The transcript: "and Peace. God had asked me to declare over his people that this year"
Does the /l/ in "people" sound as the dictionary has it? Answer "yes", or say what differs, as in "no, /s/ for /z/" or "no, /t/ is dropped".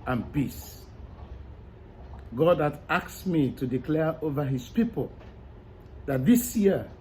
yes